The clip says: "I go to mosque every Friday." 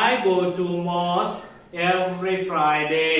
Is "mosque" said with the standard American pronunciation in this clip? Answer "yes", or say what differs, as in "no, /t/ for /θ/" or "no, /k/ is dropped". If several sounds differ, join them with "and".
no, /k/ is dropped